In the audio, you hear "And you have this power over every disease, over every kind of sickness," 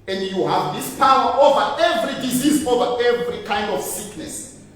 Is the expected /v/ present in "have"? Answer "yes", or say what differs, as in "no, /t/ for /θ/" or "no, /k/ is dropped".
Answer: yes